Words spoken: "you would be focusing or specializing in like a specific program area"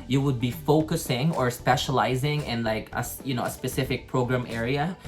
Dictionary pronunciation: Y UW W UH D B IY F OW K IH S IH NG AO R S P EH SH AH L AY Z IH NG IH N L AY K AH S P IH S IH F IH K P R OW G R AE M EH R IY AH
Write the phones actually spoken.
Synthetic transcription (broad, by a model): Y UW W UH D B IY F OW K IH S IH NG AO R S P EH SH AH L AY Z IH NG IH N L AY K AH S P IH S IH F IH K P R OW G R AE M EH R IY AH